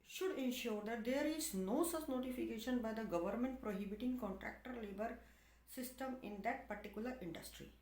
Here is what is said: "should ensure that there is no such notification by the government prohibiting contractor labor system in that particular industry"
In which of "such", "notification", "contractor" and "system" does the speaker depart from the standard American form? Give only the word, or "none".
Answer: such